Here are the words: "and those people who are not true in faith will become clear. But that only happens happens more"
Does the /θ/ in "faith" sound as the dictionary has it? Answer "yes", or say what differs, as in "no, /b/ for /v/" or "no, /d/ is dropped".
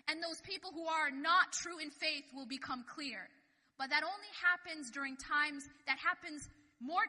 yes